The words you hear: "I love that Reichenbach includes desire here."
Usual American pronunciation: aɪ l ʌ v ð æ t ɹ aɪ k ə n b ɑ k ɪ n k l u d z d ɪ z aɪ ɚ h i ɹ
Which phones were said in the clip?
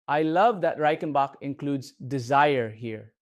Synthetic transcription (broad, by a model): aɪ l ʌ v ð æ t ɹ aɪ k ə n b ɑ k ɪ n k l u d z d ɪ z aɪ ɚ h i ɹ